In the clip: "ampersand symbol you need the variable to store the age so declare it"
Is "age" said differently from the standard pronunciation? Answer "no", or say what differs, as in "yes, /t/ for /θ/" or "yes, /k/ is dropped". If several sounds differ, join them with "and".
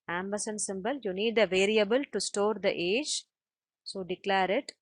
no